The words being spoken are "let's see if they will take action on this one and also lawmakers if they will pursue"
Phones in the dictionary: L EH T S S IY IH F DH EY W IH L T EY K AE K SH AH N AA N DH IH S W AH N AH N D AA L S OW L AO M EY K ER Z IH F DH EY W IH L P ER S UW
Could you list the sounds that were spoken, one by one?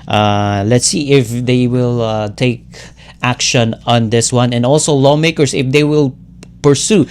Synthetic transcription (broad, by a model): L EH T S S IY IH F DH EY W IH L T EY K AE K SH AH N AA N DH IH S W AH N AH N D AA L S OW L AO M EY K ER S IH F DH EY W IH L P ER S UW